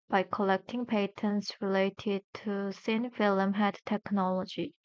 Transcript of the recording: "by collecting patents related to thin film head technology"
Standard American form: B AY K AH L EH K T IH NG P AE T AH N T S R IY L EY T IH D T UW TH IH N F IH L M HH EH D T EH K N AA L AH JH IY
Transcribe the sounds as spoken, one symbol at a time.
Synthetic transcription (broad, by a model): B AY K AH L EH K T IH NG P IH T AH N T S R IY L EY T IH D T UW S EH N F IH L M HH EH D T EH K N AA L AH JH IY